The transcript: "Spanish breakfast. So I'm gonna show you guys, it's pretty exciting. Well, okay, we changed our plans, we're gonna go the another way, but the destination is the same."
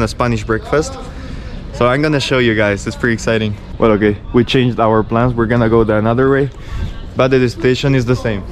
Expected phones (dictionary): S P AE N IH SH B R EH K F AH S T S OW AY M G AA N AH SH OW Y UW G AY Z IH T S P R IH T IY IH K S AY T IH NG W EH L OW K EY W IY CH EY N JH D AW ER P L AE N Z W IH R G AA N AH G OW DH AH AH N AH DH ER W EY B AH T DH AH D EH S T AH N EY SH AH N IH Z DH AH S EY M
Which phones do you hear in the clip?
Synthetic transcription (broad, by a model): S P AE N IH SH B R EH K F AH S T S OW AY M G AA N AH SH OW Y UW G AY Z IH T S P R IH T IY IH K S AY T IH NG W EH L OW K EY W IY CH EY N JH D AW ER P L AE N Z W IH R G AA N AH G OW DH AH AH N AH DH ER W EY B AH T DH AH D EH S T EY SH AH N IH Z DH AH S EY M